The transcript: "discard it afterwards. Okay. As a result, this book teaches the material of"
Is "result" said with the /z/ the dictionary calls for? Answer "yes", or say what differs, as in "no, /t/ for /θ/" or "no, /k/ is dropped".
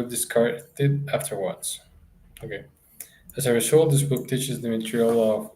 no, /s/ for /z/